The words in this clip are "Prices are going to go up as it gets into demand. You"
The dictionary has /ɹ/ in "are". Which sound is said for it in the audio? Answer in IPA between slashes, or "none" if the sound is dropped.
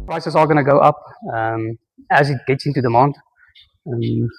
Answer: /l/